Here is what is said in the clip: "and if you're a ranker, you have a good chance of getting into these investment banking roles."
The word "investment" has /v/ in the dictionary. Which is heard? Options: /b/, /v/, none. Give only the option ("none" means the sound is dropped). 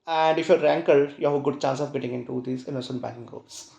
none